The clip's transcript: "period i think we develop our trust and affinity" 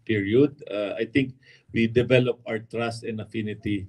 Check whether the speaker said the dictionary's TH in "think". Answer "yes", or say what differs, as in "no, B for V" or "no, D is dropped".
no, T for TH